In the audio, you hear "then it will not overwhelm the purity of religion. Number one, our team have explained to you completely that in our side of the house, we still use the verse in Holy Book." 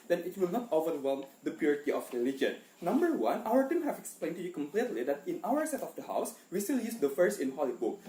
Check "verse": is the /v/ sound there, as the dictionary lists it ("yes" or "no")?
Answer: no